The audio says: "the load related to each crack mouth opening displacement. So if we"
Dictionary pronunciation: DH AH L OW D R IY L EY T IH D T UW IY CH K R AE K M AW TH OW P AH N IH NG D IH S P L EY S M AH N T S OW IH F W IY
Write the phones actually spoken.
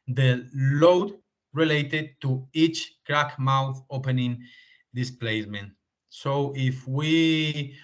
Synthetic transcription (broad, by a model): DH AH L OW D R IY L EY T IH D T UW IY CH K R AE K M AW TH OW P AH N IH NG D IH S P L EY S M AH N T S OW IH F W IY